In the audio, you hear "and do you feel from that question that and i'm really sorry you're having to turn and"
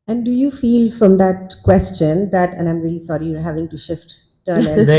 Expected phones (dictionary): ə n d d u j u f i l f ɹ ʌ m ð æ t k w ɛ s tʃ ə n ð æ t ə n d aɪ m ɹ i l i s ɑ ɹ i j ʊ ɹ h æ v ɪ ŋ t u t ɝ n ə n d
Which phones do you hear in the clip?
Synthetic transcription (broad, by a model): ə n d d u j u f i l f ɹ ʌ m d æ t k w ɛ s tʃ ə n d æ t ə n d aɪ m ɹ i l i s ɑ ɹ i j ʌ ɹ h æ v ɪ ŋ t u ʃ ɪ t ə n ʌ